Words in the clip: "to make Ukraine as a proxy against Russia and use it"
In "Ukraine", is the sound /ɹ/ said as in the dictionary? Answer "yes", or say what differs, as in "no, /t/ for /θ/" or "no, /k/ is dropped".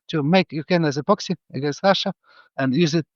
no, /ɹ/ is dropped